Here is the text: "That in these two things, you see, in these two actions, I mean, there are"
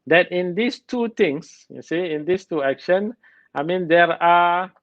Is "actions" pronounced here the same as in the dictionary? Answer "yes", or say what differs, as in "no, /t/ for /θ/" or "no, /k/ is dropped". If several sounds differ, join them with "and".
no, /z/ is dropped